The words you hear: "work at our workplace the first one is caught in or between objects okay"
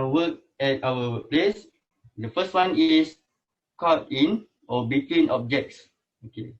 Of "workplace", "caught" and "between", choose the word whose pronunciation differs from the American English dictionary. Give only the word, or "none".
workplace